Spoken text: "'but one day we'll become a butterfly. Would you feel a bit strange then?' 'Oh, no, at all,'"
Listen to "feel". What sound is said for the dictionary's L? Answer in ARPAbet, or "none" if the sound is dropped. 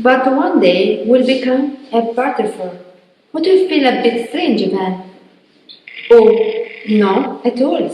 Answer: N